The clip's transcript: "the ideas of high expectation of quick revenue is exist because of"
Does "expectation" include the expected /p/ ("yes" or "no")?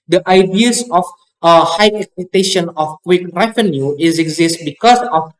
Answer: no